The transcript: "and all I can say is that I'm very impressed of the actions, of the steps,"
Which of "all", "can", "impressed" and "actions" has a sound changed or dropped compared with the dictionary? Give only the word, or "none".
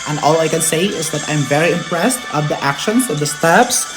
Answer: actions